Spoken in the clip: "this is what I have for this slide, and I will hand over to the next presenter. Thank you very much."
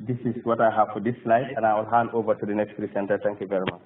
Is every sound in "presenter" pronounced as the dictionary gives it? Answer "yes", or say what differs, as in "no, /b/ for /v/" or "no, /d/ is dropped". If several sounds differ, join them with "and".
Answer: no, /s/ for /z/